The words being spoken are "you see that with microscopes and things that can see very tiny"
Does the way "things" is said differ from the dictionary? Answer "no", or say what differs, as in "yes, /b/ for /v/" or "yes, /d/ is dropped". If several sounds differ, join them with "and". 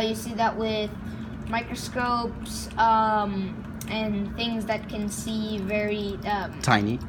no